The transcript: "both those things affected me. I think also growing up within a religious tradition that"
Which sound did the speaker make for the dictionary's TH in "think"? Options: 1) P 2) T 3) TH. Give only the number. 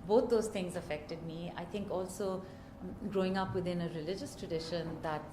2